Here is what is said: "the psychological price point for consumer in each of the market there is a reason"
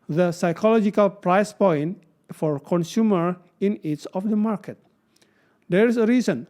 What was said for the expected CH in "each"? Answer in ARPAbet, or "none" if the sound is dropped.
S